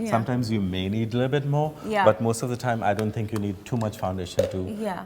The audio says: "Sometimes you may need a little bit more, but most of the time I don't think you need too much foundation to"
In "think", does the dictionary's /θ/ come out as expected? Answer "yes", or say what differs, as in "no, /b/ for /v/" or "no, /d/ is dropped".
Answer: no, /t/ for /θ/